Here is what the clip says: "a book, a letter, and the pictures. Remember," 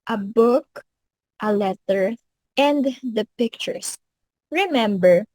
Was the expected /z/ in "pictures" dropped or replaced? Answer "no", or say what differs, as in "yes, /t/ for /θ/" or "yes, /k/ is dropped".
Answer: yes, /s/ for /z/